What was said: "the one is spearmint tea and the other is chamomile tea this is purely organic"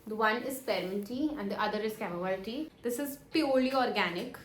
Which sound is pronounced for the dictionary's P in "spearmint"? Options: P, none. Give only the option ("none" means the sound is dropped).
none